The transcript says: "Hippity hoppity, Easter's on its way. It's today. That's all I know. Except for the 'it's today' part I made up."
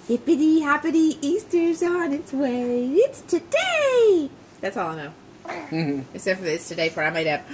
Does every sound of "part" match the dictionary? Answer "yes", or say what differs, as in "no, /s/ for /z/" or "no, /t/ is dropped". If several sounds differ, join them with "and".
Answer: no, /f/ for /p/ and /t/ is dropped